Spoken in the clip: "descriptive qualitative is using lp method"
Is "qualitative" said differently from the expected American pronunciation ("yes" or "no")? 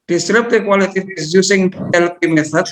yes